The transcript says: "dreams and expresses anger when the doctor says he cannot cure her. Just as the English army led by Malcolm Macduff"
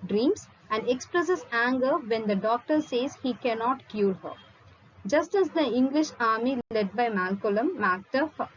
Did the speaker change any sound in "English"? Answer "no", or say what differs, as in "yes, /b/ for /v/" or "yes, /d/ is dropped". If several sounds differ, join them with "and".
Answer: no